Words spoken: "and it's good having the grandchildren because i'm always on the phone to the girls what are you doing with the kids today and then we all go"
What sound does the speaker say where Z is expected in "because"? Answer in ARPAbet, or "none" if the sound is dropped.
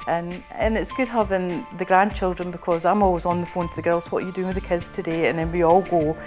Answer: Z